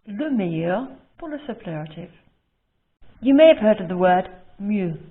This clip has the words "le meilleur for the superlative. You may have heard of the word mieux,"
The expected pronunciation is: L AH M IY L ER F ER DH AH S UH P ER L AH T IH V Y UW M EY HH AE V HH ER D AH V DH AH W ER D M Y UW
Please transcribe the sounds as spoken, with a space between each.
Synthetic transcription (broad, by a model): L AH M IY ER P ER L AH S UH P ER AH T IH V Y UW M EY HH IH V HH ER D AH V DH AH W ER D M Y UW